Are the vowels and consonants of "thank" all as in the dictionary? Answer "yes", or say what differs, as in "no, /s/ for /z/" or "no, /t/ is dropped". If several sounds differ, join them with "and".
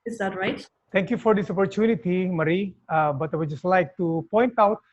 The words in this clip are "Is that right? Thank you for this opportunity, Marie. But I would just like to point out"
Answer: no, /t/ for /θ/